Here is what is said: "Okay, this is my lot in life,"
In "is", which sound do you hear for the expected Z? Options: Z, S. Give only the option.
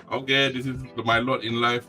S